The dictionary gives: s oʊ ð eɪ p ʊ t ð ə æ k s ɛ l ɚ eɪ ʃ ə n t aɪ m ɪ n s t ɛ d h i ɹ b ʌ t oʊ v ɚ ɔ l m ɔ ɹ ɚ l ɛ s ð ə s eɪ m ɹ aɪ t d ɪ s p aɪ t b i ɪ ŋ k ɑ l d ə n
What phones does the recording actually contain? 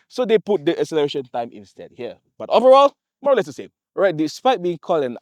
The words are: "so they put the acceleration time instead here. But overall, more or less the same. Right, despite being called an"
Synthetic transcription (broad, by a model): s oʊ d eɪ p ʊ t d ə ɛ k s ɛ l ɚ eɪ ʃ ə n t aɪ m ɪ n s t ɛ d h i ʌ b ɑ t oʊ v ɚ ɔ l m ɔ ɹ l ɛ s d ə s eɪ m ɹ aɪ t d ɪ s p aɪ t b i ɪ ŋ k ɑ l d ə n